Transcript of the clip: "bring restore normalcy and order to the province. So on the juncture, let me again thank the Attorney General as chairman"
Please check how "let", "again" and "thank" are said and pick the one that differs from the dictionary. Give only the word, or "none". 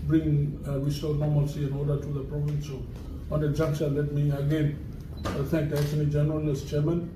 thank